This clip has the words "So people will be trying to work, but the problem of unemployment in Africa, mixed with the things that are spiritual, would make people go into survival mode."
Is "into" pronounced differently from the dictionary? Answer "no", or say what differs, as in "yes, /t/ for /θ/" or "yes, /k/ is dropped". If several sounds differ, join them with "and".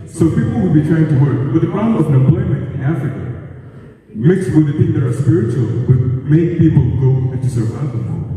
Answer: yes, /n/ is dropped